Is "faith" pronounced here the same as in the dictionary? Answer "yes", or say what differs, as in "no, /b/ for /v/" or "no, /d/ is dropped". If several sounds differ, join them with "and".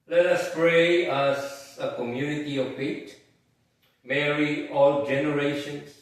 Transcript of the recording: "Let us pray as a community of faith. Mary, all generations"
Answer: no, /t/ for /θ/